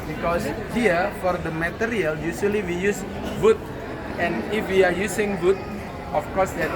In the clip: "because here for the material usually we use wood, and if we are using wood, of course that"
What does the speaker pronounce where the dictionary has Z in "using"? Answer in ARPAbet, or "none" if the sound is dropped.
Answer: S